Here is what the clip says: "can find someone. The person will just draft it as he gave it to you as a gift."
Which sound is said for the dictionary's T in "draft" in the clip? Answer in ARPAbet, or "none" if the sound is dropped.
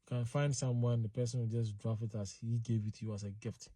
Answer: none